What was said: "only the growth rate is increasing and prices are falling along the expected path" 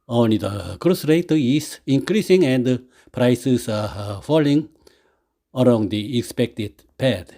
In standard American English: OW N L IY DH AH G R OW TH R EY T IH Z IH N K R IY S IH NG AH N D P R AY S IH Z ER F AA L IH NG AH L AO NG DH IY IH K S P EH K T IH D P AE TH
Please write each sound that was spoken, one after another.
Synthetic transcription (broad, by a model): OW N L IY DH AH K R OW S R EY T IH S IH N K R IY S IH NG AH N D P R AY S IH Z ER F AA L IH NG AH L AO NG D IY IH K S P EH K T IH D P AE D